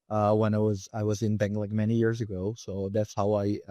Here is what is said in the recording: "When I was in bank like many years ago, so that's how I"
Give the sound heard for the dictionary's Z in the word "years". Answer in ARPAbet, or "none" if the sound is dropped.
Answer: Z